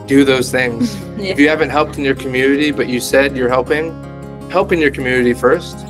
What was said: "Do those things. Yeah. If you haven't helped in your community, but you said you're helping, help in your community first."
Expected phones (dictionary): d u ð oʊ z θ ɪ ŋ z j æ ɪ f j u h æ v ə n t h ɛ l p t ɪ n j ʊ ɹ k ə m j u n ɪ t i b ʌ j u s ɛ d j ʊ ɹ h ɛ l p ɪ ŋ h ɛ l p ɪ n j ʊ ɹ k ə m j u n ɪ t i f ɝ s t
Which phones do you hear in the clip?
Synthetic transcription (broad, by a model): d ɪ ð oʊ z θ ɪ ŋ z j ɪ h æ v ə n t h ɛ l p t ɪ n j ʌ ɹ k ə m j u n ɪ t i b ʌ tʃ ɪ s ɛ d j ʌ ɹ h ɛ l p ɪ ŋ h ɛ l p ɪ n j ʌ ɹ k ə m j u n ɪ t i f ɝ s t